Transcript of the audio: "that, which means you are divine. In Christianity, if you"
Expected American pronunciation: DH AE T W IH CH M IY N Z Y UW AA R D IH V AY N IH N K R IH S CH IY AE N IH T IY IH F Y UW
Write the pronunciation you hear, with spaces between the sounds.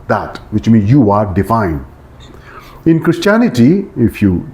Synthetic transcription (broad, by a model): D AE T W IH CH M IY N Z Y UW AA R D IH F AY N IH N K R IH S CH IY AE N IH T IY IH F Y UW